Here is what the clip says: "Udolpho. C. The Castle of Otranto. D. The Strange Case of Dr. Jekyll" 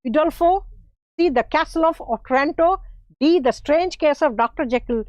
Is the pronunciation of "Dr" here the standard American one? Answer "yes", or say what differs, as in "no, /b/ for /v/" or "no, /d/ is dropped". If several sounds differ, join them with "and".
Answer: yes